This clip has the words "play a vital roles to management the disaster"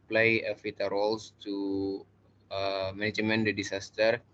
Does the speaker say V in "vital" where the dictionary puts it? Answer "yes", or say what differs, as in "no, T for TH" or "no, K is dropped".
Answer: no, F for V